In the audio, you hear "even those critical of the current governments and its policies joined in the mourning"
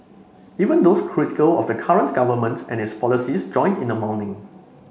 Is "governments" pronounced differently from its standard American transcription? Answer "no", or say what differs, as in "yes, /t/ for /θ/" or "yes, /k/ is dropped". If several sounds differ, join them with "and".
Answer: yes, /s/ is dropped